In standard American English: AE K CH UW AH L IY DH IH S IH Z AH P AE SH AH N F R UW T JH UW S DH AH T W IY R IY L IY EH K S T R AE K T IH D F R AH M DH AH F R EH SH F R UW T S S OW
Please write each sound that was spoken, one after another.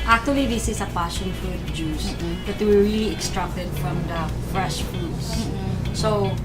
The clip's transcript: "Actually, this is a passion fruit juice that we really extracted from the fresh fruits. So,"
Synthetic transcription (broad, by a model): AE K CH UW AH L IY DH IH S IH S AH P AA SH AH L F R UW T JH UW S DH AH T W IY R IY L IY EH K S T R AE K T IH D F R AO M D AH F R EH SH F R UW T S S OW